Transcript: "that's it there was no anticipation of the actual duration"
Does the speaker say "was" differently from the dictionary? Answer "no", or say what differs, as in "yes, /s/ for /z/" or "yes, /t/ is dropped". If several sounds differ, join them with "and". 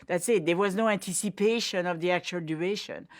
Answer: no